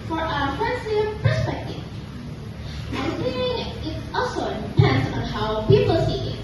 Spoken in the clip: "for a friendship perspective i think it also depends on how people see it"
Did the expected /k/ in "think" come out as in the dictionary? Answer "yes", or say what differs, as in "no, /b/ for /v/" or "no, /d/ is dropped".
no, /k/ is dropped